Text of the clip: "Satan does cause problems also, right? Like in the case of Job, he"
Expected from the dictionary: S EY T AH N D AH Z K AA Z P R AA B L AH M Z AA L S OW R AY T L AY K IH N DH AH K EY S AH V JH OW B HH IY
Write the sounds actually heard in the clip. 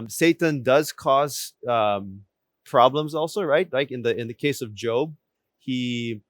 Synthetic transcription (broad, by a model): S EY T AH N D AH Z K AA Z P R AA B L AH M Z AA L S OW R AY T L AY K IH N DH AH K EY S AH V JH OW B HH IY